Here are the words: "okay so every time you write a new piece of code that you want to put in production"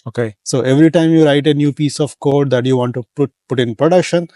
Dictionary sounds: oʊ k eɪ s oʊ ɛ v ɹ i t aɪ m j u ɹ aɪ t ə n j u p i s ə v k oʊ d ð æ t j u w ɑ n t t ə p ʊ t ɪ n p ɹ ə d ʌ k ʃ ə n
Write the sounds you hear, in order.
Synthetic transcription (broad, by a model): oʊ k eɪ s oʊ ɛ v ɹ i t aɪ m j u ɹ aɪ t ə n j u p i s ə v k oʊ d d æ t j u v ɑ n t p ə p ʊ t ɪ n p ɹ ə d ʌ k ʃ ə n